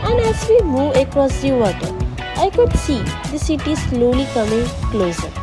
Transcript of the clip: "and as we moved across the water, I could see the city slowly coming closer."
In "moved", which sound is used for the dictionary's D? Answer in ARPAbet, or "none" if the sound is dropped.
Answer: none